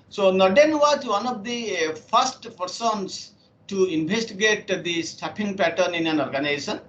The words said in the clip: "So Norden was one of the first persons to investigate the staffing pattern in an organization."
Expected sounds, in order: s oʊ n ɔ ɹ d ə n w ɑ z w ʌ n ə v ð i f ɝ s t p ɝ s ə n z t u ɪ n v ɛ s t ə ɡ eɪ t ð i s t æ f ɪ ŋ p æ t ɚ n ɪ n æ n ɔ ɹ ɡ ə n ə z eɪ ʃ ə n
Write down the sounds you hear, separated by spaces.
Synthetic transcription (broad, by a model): s oʊ n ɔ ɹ d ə n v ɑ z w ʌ n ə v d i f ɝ s t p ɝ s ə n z t u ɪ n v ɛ s t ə ɡ eɪ t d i s t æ p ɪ ŋ p æ t ɚ n ɪ n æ n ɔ ɹ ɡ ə n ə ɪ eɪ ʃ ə n